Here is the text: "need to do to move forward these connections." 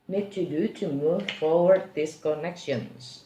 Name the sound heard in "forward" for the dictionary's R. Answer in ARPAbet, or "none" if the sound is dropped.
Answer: R